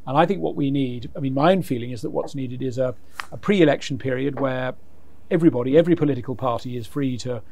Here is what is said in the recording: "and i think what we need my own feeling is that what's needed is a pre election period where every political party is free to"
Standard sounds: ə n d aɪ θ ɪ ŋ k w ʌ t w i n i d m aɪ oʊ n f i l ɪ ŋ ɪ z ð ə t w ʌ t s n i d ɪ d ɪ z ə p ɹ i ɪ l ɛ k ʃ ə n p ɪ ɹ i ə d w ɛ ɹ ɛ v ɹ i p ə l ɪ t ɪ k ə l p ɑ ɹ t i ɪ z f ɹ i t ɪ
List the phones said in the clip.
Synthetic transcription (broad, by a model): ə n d aɪ θ ɪ ŋ k w ʌ t w i n i d m aɪ oʊ n f i l ɪ ŋ ɪ z ð ə t w ʌ t s n i d ɪ d ɪ z ə p ɹ i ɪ l ɛ k ʃ n p ɪ ɹ i ə d w ɛ ɹ ɛ v ɹ i p ə l ɪ t ɪ k ə l p ɑ ɹ t i ɪ z f ɹ i t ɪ